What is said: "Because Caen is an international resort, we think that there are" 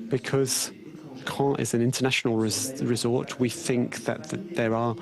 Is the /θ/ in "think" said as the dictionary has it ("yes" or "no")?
yes